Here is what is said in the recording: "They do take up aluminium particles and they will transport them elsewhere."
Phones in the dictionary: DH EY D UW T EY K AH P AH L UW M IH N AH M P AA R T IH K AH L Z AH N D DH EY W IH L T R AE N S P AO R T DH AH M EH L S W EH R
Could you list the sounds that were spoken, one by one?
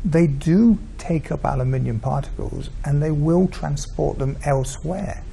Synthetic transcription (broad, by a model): DH EY D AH T EY K AH P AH L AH M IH N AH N P AA R T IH K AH L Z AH N DH EY W IH L T R AE N S P AO R T DH AH M EH L S W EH R